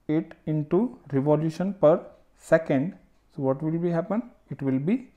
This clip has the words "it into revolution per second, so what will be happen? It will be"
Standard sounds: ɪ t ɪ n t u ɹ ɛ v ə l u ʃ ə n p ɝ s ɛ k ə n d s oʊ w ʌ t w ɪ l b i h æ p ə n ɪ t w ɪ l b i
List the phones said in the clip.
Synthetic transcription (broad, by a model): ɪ t ɪ n t u ɹ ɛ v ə l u ʃ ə n p ɝ s ɛ k ə n d s oʊ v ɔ t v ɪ l b i h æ p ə n ɪ t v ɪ l b i